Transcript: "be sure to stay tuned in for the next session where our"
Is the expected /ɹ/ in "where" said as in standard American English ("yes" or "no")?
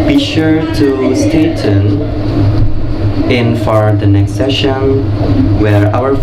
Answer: yes